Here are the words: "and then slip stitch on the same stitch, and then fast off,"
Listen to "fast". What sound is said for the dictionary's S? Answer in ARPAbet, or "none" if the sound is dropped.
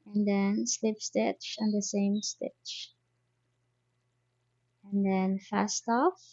S